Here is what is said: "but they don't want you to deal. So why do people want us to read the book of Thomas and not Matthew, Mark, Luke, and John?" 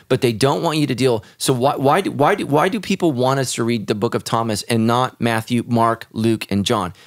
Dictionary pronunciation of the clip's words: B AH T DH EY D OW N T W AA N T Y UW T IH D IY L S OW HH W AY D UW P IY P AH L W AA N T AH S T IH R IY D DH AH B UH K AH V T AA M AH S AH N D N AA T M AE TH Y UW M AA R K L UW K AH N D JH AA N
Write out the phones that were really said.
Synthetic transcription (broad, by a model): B AH T DH EY D OW N T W AA N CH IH T IH D IY L S OW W W AY D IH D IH P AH L W AA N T AH S T IH R IY D DH AH B UH K AH V T AA M AH S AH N N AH T M AE TH Y UW M AA R K L UW K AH N JH AA N